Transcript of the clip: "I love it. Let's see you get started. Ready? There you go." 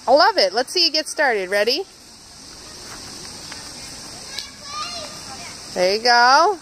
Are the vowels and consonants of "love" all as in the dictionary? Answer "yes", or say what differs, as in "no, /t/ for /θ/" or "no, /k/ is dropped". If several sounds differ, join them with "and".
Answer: yes